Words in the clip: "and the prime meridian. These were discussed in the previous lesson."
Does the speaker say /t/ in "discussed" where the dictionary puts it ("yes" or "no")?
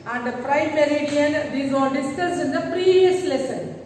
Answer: no